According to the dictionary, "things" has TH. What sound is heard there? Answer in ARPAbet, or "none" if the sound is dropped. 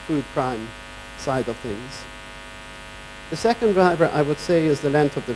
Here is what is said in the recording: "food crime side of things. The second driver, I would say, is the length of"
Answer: TH